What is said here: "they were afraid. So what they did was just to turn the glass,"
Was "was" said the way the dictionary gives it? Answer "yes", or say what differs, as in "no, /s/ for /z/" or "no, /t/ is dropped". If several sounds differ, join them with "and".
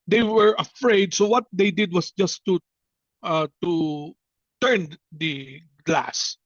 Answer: no, /s/ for /z/